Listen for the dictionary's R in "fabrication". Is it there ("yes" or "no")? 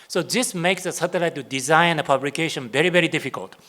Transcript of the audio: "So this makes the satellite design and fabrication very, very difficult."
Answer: no